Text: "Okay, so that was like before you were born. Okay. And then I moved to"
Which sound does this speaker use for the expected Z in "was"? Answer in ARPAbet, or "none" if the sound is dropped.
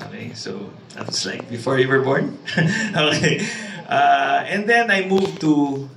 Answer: S